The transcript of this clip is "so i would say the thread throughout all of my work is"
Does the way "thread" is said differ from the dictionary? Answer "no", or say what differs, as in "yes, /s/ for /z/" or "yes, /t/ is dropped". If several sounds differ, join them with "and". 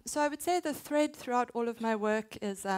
no